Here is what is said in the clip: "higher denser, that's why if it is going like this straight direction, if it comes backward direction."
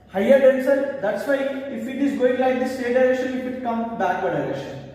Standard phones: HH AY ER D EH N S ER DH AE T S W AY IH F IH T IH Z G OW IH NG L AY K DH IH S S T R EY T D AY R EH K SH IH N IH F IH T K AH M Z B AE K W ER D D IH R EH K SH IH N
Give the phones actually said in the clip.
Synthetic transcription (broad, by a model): HH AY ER D EH N S ER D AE T S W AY IH F IH T IH Z G OW IH NG L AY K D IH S S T EY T D AY R EH K SH IH N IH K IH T K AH M B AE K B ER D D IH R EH K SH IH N